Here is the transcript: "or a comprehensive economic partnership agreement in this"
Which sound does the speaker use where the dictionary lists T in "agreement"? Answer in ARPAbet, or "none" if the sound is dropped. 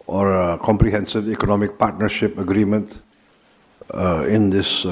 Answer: T